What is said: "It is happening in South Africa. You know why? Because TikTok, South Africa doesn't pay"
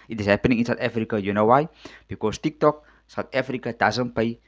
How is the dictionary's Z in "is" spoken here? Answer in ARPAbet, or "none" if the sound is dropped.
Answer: S